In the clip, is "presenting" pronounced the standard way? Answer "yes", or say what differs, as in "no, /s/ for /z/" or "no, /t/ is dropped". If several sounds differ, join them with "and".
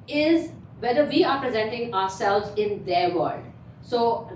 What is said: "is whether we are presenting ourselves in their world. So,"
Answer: yes